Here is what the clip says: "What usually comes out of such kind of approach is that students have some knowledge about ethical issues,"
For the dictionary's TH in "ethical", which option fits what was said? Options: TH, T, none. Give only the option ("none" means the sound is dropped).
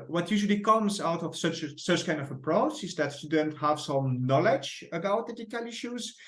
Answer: T